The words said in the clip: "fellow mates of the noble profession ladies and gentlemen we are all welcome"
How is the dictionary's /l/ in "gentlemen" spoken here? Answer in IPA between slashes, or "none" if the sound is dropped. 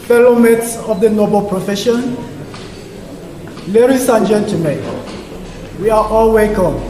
none